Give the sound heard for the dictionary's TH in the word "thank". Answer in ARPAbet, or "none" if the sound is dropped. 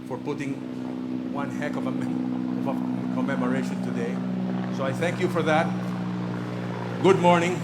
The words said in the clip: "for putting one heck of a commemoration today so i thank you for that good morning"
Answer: TH